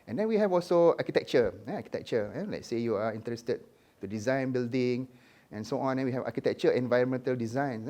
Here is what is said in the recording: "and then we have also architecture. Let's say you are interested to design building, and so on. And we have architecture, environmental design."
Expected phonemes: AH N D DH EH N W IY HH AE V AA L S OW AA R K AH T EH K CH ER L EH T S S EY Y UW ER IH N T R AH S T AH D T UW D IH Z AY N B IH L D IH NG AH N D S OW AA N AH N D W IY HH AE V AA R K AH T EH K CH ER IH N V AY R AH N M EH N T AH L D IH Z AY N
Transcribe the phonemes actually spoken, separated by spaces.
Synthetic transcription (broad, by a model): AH N D EH N W IY HH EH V AA L S OW AA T K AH T EH K CH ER L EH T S S EY Y UW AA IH N T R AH S T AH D T UW D IH Z AY N B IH L D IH NG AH N S OW AA N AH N W IY HH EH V AA K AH T EH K CH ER IH N V AY R AH N M EH N T AH L D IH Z AY N